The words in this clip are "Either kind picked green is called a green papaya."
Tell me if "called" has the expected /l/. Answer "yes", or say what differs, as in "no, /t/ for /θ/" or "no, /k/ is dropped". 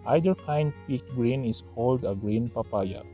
yes